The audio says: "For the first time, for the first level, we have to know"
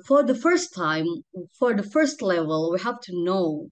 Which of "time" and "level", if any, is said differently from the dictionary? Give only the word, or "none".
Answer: none